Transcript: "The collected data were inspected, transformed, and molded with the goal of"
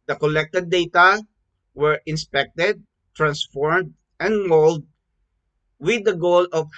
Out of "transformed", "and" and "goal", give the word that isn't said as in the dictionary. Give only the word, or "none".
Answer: none